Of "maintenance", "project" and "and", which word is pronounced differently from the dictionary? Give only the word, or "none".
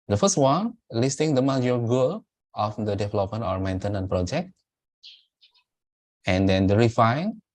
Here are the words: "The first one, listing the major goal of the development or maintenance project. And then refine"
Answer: maintenance